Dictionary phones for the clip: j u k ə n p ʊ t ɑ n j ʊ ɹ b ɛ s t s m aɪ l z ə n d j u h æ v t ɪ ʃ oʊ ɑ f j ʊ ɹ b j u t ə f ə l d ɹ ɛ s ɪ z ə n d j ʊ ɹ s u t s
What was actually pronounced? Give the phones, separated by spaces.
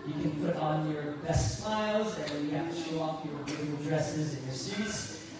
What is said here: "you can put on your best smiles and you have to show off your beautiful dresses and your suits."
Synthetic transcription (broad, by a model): j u k ə n p ʊ t n j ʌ ɹ b ɛ s t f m aɪ l z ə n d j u h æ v t ɪ ʃ oʊ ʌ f j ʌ ɹ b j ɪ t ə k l d ɹ ɛ s ɪ z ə n j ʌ ɹ s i t s